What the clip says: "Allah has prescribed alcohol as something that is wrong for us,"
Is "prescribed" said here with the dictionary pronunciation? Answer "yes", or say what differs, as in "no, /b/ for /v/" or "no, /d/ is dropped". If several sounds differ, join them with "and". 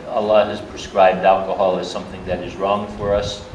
yes